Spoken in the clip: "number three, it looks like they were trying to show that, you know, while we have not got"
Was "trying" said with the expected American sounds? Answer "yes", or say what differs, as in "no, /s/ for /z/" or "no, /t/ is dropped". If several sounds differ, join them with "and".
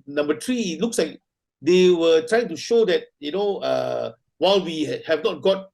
yes